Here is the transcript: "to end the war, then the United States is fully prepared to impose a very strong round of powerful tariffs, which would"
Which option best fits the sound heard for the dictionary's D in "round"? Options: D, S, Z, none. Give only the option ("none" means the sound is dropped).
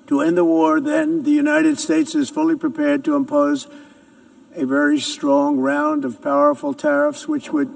D